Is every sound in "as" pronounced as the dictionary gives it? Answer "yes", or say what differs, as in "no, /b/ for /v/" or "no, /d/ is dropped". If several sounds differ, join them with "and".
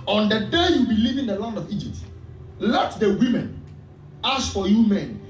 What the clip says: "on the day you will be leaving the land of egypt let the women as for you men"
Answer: no, /s/ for /z/